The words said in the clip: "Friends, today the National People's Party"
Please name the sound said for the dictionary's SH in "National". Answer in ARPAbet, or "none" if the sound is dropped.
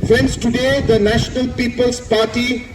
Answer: SH